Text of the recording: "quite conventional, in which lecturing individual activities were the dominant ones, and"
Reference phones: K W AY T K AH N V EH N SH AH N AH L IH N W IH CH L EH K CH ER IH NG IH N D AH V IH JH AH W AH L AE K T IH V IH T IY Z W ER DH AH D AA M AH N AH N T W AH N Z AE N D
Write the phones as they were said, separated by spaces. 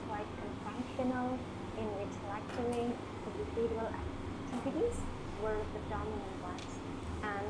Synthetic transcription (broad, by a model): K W AY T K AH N F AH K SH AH N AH L IH N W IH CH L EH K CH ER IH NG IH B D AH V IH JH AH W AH L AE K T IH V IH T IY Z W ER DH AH D AA M AH N AH N T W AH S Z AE N